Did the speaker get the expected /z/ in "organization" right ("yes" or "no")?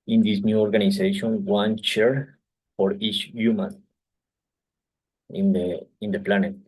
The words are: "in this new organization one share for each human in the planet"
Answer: no